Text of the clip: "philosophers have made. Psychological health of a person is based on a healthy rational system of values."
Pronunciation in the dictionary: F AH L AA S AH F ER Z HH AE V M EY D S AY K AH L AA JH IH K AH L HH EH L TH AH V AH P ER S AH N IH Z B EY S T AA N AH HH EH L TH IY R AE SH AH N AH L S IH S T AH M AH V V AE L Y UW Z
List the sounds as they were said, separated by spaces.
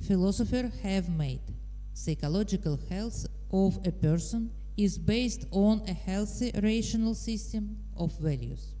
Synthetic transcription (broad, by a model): F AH L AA S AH F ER HH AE V M EY D S AY K AH L AA JH IH K AH L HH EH L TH AH V AH P ER S AH N IH Z B EY S T AA N AH HH EH L TH IY R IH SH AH N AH L S IH S T AH M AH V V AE L Y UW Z